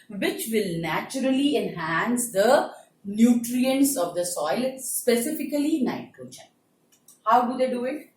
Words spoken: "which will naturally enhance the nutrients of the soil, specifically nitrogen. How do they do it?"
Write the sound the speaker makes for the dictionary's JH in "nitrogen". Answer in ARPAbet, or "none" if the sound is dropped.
CH